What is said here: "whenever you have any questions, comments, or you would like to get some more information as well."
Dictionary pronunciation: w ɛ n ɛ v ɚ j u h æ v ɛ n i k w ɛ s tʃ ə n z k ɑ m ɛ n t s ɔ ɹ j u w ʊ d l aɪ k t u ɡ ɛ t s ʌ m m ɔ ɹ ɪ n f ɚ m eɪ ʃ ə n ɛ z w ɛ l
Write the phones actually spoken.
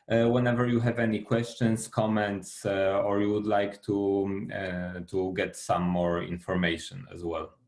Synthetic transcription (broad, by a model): w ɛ n ɛ v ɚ j u h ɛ v ɛ n i k w ɛ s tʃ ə n s k ɑ m ɛ n t s ɔ ɹ j u w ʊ d l aɪ k t u ɡ ɛ t s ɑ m m ɔ ɹ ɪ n f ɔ m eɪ ʃ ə n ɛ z w ɛ l